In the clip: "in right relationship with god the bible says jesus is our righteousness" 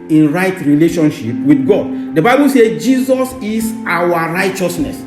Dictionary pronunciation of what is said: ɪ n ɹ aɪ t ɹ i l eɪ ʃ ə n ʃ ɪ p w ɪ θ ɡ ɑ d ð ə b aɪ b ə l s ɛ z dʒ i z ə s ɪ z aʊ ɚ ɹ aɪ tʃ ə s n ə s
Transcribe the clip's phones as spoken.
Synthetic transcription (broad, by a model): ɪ n ɹ aɪ t ɹ i l eɪ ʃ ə n ʃ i p w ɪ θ ɡ ɑ d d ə b aɪ b ə l s ɛ dʒ i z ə s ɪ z aʊ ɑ ɹ aɪ tʃ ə s n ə s